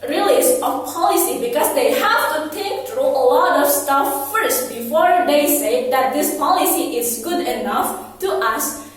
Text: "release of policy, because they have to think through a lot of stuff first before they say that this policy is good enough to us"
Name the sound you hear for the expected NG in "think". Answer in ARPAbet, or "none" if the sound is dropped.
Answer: none